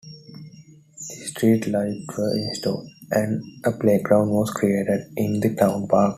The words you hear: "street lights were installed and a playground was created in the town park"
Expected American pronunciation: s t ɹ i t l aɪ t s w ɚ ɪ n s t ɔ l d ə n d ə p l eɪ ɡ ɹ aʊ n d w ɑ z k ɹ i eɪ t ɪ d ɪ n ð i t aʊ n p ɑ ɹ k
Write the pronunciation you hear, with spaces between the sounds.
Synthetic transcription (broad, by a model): s t ɹ i t l aɪ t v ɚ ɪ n s t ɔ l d ə n d ə p l eɪ ɡ ɹ aʊ n d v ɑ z k ɹ i eɪ t ɪ d ɪ n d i t aʊ n p ɑ ɹ k